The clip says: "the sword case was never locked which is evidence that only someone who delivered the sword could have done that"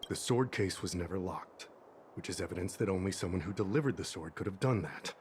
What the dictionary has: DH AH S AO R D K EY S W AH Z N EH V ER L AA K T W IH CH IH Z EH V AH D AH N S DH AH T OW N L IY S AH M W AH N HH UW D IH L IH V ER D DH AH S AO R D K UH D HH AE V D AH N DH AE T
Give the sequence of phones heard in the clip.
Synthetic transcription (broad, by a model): DH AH S AO R D K EY S W AH Z N EH V ER L AA K T W IH CH IH Z EH V AH D AH N S DH AH T OW N L IY S AH M W AH N HH UW D IH L IH V ER D DH AH S AO R D K UH D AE V D AH N DH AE T